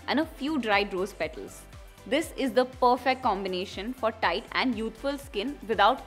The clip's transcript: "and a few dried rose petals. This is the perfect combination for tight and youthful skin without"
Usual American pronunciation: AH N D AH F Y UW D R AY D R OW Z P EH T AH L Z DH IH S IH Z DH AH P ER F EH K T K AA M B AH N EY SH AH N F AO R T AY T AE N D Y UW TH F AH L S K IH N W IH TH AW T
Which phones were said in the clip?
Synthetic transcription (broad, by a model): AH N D AH F Y UW D R AY D R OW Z P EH T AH L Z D IH S IH Z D AH P ER F EH K T K AA M B AH N EY SH AH N F AO R T AY T AE N D Y UW T F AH L S K IH N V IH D AW T